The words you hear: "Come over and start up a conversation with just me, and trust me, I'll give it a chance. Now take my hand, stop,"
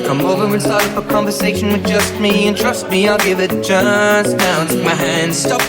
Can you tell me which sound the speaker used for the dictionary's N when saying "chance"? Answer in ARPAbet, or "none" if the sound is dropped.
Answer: none